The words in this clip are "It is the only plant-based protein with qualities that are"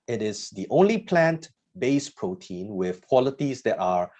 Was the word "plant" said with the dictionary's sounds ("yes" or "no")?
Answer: yes